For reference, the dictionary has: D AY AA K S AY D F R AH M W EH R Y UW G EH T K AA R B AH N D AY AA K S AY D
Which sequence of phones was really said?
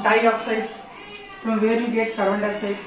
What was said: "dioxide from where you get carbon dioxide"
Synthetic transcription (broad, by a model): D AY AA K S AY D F R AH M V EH R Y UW G EH T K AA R AH N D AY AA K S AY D